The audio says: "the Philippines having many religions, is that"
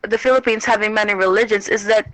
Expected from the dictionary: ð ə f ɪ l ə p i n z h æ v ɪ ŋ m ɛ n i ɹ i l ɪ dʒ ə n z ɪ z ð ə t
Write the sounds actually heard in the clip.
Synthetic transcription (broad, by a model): ð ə f ɪ l ə p i n z h æ v ɪ ŋ m ɛ n i ɹ i l ɪ dʒ ə n z ɪ z ð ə t